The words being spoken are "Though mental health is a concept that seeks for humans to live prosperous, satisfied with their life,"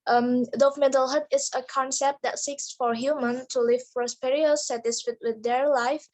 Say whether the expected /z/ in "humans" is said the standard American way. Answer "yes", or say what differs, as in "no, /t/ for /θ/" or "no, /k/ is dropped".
no, /z/ is dropped